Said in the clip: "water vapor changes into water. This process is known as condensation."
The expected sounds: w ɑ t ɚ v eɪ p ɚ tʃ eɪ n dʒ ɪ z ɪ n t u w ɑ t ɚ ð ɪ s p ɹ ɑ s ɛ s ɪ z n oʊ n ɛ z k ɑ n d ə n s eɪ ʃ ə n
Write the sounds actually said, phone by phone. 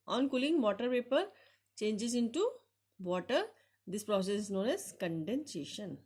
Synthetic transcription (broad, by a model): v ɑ t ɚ p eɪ p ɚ tʃ eɪ n dʒ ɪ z ɪ n t u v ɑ t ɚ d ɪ s p ɹ ɑ s ɛ s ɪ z n oʊ n ɛ z k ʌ n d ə n s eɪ ʃ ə n